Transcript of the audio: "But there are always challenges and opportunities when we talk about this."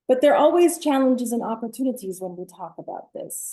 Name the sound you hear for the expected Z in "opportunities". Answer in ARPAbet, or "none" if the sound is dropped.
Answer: Z